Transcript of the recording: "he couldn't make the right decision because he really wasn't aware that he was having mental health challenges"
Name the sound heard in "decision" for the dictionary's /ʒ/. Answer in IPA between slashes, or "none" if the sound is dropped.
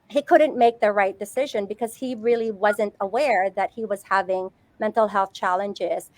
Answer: /ʒ/